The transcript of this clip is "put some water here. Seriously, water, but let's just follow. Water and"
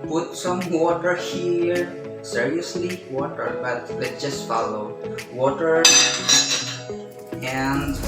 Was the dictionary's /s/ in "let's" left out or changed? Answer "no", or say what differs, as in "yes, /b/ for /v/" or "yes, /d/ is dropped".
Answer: yes, /s/ is dropped